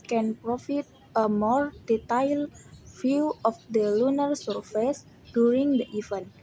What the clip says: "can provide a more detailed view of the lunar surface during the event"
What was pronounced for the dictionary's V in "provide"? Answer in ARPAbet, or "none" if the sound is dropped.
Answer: F